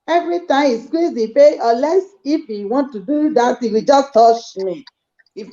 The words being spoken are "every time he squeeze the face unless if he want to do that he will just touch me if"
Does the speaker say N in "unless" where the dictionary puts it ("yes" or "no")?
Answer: no